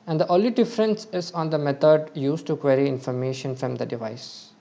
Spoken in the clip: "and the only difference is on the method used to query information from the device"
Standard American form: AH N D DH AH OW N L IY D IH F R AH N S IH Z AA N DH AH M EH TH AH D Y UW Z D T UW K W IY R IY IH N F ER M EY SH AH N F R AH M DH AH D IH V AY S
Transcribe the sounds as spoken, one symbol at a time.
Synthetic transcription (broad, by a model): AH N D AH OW L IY D IH F R AH N S IH Z AA N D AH M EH T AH D Y UW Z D T UW K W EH R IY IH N F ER M EY SH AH N F R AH M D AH D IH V AY S